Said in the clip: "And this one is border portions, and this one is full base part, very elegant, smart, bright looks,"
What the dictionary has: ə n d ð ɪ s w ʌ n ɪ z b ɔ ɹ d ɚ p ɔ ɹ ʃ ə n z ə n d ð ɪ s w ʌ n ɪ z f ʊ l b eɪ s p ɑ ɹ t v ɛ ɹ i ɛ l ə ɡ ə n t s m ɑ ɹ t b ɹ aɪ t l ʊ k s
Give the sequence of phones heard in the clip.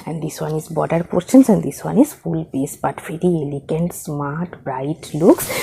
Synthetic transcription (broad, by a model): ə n d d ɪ s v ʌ n ɪ z b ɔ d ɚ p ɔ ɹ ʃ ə n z ə n d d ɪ s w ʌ n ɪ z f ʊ l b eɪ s b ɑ t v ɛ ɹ i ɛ l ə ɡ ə n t s m ɑ ɹ t b ɹ aɪ t l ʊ k s